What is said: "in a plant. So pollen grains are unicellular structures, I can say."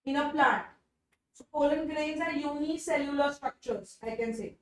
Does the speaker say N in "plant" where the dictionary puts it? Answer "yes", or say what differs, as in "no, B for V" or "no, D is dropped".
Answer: no, N is dropped